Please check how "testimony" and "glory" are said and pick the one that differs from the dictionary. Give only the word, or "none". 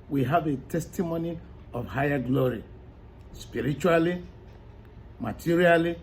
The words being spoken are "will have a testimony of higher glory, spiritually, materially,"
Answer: none